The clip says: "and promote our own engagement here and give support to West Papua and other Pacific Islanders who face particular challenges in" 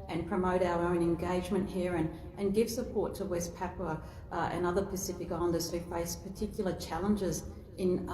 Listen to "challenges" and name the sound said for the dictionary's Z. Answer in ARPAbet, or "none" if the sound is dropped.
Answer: Z